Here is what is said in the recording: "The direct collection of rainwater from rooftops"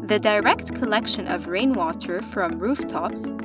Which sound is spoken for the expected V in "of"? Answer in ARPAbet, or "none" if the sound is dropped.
V